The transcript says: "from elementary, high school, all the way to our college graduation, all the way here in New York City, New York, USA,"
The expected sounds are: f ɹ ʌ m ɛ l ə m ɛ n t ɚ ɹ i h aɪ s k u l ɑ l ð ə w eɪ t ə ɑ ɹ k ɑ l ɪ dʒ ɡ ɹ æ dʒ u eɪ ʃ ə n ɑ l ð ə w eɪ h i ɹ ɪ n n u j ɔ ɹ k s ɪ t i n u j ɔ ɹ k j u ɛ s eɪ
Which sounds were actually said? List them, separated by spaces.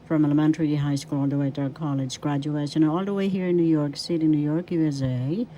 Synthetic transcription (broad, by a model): f ɹ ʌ m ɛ l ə m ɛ n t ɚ ɹ i h aɪ s k u l ɑ l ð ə w eɪ t ə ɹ k ɑ l ɪ dʒ ɡ ɹ æ dʒ u eɪ ʃ ə n ɑ l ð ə w eɪ h i ɹ ɪ n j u j ɔ ɹ k s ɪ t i n u j ɔ ɹ k j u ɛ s eɪ